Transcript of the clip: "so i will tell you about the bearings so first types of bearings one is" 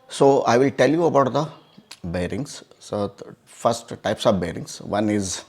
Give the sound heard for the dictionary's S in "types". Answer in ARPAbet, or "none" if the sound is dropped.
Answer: S